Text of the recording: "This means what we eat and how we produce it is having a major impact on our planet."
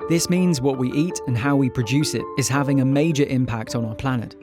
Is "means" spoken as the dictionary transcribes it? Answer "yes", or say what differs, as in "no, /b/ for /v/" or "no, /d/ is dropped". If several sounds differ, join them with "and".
yes